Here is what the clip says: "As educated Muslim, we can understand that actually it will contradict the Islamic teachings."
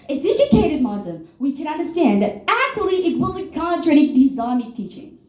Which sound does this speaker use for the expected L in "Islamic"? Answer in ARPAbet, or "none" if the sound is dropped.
none